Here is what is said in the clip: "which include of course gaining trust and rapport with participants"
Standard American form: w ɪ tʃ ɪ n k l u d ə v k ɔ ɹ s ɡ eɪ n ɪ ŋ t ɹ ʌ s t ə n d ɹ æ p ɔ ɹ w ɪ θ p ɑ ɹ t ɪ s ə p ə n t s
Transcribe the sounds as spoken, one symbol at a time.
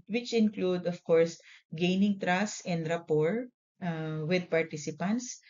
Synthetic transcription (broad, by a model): w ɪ tʃ ɪ n k l u d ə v k ɔ ɹ s ɡ eɪ n ɪ ŋ t ɹ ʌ s ə n d ɹ æ p ɔ ɹ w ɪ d p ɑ ɹ t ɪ s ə p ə n t s